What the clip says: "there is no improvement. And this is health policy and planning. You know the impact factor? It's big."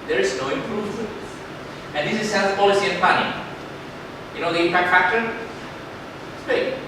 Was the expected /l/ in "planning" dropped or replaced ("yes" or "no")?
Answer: yes